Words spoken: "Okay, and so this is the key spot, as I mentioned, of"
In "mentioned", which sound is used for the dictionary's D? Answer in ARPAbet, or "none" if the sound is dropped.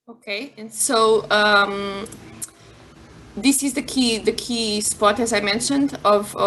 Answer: D